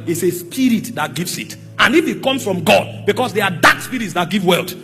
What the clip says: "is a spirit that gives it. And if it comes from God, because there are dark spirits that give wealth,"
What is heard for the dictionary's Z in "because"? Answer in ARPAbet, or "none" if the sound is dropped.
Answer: S